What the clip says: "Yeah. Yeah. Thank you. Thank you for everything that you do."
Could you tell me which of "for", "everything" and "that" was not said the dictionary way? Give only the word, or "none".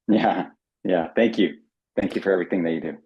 none